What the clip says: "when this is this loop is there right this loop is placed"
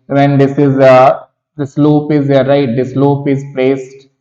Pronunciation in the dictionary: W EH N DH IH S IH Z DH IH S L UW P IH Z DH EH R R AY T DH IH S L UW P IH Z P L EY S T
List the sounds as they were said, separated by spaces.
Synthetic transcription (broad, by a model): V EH N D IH S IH Z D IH S L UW P IH Z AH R R AY T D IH S L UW P IH Z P L EY S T